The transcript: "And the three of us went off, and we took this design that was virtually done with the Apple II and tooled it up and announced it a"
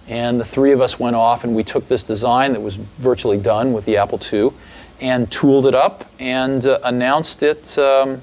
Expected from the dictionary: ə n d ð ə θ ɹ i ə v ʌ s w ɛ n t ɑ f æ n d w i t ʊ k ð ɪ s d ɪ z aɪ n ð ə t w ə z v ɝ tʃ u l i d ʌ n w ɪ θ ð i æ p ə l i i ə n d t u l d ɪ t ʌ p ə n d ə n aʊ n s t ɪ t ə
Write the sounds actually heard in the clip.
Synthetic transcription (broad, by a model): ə n ð ə θ ɹ i ə v ʌ s w ɛ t ɑ f n w i t ʊ k ð ɪ s d ɪ z aɪ n ð ə t w ə z v ɝ tʃ u l i d ʌ n w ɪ ð i æ p l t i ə n t u l d ɪ t ʌ p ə n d ə n aʊ n s t ɪ t